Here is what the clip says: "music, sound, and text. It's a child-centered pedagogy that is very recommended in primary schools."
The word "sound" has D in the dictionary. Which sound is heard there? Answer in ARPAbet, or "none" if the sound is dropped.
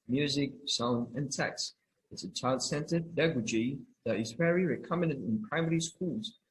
none